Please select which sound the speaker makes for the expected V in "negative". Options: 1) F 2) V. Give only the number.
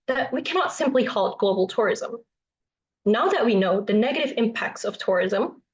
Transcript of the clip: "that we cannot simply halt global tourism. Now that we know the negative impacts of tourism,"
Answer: 2